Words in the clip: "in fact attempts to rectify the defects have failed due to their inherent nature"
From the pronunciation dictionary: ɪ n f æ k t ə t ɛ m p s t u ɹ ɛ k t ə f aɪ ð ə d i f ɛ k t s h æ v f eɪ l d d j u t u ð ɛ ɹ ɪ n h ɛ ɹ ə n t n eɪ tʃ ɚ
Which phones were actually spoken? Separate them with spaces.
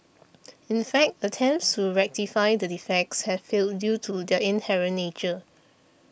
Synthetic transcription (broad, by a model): ɪ n f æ k t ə t ɛ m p s t u ɹ ɛ k t ə f aɪ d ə d i f ɛ k t s h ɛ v f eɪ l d d j u t u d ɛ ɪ n h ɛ ɹ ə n n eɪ tʃ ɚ